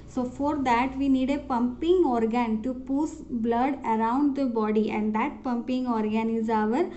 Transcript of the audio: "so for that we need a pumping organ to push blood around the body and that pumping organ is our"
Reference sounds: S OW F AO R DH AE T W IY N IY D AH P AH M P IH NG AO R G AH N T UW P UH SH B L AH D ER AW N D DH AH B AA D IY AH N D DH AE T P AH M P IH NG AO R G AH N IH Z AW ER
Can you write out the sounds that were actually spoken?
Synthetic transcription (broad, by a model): S OW F AO R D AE T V IY N IY D AH P AH M P IH NG AO R G AH N T UW P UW S B L AH D ER AW N D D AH B AA D IY AH N D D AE T P AH M P IH NG AO R G AH N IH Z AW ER